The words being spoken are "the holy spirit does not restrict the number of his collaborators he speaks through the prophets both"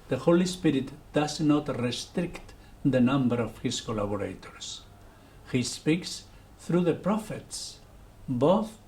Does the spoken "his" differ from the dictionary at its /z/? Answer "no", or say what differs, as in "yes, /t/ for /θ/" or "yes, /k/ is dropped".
yes, /s/ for /z/